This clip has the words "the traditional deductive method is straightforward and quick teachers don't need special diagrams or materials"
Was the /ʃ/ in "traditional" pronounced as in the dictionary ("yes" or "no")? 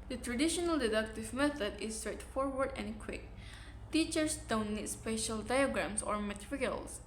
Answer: yes